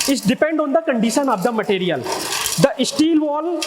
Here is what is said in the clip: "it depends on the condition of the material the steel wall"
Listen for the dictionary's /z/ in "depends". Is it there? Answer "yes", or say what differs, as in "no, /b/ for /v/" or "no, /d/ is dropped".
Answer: no, /z/ is dropped